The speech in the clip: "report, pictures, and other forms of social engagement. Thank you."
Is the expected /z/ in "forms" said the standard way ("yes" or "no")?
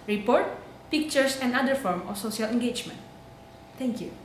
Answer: no